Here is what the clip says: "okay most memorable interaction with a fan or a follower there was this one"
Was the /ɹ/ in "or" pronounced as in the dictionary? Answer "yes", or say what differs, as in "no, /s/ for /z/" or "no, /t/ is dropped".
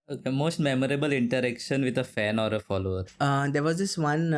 yes